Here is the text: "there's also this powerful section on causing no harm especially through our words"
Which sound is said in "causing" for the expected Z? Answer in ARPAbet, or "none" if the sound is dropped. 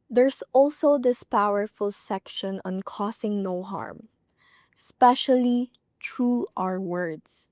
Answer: S